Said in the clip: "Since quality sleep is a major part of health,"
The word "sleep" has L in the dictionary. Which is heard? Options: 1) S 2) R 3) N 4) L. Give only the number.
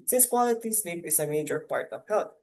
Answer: 3